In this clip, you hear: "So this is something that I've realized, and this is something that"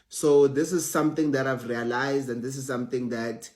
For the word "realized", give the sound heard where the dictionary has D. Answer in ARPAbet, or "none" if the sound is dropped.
D